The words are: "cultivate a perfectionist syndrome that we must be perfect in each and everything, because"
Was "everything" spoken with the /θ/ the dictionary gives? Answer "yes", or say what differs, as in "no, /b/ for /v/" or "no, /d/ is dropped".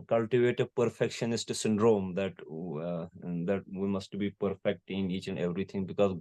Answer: no, /t/ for /θ/